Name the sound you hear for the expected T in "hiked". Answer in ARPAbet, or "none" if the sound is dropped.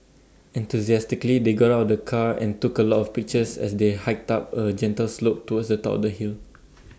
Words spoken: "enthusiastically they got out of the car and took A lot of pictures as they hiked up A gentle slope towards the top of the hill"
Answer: T